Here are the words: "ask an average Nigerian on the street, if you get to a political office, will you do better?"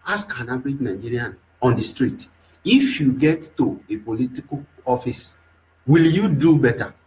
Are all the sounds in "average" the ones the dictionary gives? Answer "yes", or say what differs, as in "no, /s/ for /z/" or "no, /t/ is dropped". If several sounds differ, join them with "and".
no, /b/ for /v/